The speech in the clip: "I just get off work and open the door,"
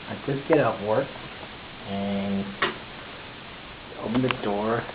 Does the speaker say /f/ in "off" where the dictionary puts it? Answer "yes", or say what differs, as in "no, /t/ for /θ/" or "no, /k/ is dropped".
no, /p/ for /f/